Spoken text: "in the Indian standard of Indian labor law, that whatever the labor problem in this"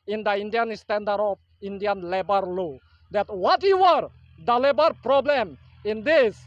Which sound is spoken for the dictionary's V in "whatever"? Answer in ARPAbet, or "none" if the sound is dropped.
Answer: W